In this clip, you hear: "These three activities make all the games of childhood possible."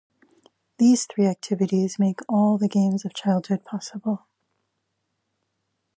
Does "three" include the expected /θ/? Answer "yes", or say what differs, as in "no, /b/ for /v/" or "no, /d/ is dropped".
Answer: yes